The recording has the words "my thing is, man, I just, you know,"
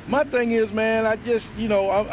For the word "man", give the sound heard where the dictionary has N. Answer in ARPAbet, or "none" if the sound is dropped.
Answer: N